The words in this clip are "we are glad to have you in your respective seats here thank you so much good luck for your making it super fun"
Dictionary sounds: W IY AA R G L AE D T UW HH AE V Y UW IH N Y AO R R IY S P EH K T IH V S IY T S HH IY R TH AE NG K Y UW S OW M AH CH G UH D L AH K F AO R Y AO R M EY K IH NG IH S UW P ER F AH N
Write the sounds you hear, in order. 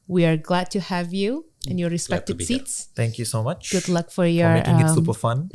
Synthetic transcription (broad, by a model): W IY AA R G L AE D T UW HH AE V Y UW IH N Y AO R R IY S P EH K T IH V S IY T S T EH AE NG K Y UW S OW M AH CH G UH D L AH K F AO R Y AO R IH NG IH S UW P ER F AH N